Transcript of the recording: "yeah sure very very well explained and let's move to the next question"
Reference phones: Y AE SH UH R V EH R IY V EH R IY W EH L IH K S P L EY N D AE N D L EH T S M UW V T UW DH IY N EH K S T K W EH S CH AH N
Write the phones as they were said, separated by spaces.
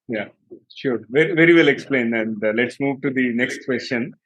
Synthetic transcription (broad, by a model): Y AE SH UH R V EH R IY V EH R IY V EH L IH K S P L EY N AE N D L EH T S M UW V T UW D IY N EH K S T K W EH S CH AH N